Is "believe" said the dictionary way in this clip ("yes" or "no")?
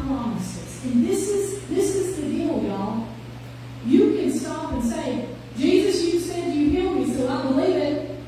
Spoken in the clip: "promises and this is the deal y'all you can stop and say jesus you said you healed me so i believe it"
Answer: yes